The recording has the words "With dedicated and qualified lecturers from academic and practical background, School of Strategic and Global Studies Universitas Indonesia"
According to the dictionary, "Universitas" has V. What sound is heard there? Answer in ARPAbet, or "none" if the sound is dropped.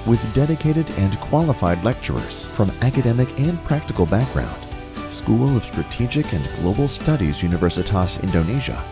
V